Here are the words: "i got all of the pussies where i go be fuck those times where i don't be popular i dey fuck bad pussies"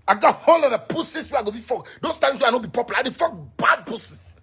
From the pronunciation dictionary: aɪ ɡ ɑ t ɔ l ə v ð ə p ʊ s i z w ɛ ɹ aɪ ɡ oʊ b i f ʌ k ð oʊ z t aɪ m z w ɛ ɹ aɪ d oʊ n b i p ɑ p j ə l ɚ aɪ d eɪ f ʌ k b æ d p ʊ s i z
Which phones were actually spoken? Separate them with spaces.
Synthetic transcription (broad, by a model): aɪ ɡ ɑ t ɔ l ə v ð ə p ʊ s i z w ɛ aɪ ɡ oʊ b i f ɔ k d oʊ s t aɪ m s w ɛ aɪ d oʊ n b i p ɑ p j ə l aɪ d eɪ f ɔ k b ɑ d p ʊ s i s